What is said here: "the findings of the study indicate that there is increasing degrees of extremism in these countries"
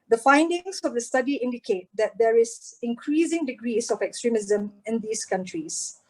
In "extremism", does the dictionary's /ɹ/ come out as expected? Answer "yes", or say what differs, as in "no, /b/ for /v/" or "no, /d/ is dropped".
yes